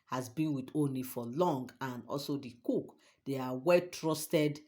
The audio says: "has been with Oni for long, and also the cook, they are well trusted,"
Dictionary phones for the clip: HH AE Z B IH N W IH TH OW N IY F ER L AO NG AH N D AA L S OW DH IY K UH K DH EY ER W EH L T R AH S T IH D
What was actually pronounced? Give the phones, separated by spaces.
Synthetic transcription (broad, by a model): HH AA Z B IH N W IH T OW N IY F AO L AO NG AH N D AA L S OW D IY K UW K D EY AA W EH L T R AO S T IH D